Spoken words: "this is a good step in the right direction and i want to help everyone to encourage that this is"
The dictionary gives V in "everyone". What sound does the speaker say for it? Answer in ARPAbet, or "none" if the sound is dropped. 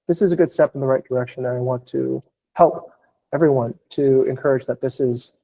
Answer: V